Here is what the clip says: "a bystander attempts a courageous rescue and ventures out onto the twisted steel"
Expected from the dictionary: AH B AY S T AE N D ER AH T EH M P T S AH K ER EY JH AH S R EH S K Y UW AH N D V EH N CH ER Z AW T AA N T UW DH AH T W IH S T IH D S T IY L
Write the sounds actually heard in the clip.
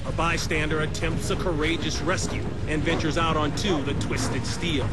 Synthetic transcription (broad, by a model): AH B AY S T AE N D ER AH T EH M P T S AH K ER EY JH AH S R EH S K Y UW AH N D V EH N CH ER Z AW T N T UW DH AH T W IH S T IH D S T IY L